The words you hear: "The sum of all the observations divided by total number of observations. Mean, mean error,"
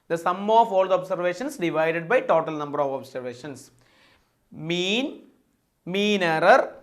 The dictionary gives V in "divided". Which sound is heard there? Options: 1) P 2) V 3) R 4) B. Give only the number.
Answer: 2